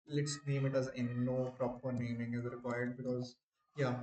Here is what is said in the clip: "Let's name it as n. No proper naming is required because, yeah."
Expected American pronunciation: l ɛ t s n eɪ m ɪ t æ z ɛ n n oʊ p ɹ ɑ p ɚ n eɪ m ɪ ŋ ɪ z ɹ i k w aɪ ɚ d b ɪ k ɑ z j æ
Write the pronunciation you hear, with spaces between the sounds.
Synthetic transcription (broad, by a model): l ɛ t s n eɪ m ɪ t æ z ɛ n n oʊ p ɹ ɑ p ɚ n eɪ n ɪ ŋ ɪ z ɹ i k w aɪ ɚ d b ɪ k ɑ z j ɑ